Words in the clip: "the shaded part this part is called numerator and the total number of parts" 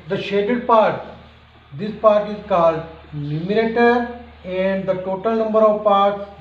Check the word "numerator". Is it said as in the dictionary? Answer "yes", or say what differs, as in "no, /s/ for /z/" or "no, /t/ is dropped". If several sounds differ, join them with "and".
no, /l/ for /n/